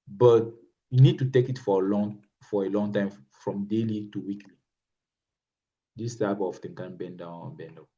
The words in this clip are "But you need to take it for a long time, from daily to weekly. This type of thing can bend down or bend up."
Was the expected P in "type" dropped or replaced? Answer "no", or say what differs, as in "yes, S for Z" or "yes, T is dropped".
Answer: yes, B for P